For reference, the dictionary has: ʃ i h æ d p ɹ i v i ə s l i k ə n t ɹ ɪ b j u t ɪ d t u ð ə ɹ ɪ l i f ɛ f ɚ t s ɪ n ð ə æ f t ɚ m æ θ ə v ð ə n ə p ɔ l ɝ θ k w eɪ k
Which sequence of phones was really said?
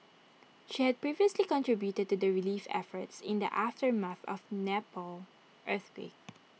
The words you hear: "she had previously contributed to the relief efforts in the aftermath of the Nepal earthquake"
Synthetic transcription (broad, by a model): ʃ i h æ d p ɹ i v i ə s l i k ə n t ɹ ɪ b j u t ɪ d t u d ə ɹ ɪ l i f ɛ f ɚ t s ɪ n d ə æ f t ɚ m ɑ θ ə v n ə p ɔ l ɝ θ w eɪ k